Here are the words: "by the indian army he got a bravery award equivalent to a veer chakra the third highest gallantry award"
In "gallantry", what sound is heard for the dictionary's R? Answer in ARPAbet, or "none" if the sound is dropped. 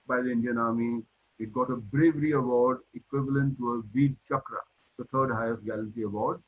none